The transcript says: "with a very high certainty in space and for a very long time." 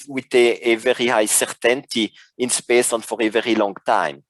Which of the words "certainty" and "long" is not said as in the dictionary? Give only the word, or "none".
none